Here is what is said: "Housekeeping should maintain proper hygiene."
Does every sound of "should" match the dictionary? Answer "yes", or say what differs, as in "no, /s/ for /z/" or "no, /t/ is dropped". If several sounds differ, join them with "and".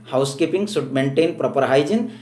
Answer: no, /s/ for /ʃ/